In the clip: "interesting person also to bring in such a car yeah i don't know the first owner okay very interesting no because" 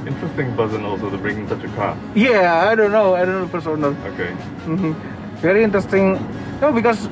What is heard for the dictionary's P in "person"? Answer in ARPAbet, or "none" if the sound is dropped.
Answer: B